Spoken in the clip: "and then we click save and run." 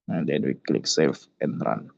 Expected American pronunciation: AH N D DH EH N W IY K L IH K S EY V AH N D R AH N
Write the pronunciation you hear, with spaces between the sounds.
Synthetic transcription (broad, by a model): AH N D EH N W IY K L IH K S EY F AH N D R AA N